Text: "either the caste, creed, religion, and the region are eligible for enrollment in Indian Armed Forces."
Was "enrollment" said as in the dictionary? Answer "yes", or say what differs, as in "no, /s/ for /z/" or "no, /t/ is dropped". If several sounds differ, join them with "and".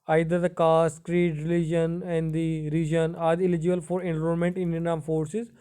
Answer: no, /l/ is dropped